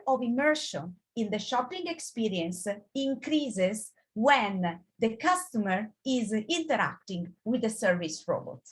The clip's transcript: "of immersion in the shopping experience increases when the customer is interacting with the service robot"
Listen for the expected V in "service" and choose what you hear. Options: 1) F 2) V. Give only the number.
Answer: 2